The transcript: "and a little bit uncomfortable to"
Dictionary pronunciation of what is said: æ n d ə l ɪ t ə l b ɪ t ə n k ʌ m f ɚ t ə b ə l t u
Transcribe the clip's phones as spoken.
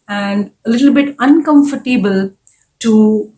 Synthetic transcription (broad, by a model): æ n d ə l ɪ t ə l b ɪ t ə n k ʌ m f ɚ t ə b ə l t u